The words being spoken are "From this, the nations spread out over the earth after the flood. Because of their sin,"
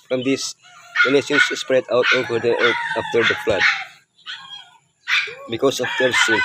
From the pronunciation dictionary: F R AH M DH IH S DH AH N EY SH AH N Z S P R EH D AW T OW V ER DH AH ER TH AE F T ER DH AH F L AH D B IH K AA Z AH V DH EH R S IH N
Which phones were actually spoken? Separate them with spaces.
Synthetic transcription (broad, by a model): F R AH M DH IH S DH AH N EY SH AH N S S P R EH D AW T OW V ER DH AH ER T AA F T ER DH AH F L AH D B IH K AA S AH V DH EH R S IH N